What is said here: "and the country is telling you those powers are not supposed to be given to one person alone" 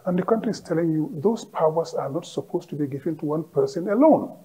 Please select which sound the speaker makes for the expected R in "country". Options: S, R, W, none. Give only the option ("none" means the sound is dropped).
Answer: R